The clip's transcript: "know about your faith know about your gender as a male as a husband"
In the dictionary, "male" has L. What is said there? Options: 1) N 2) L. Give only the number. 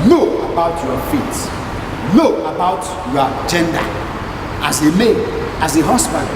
1